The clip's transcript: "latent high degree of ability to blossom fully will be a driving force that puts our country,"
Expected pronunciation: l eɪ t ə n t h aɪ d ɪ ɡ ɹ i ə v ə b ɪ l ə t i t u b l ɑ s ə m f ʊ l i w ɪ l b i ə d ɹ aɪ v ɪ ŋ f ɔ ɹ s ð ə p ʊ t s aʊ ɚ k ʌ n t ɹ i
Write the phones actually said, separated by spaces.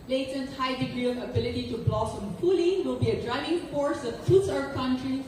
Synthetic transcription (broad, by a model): l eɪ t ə n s h aɪ d ɪ ɡ ɹ i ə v ə b ɪ l ə t i t u b l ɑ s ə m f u l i w ɪ l b i ə d ɹ aɪ v ɪ ŋ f ɔ ɹ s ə f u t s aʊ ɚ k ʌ n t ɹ i